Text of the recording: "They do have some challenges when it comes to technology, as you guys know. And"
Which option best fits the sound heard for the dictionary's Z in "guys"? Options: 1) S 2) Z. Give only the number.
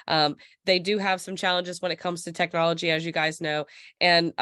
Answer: 2